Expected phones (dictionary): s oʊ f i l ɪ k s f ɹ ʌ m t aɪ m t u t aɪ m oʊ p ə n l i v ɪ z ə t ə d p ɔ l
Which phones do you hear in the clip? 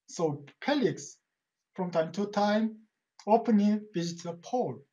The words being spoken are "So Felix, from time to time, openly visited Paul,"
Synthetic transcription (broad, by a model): s oʊ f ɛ l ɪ k s f ɹ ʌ m t aɪ m t u t aɪ m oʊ p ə n i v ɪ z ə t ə p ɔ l